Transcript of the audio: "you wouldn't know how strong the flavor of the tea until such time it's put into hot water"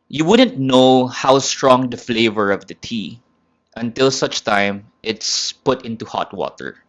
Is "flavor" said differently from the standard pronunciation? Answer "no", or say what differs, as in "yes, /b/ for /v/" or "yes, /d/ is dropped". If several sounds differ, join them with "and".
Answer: no